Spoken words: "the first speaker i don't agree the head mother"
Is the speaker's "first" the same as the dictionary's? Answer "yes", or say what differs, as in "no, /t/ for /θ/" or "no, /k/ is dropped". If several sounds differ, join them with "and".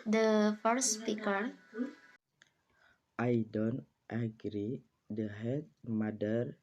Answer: no, /s/ is dropped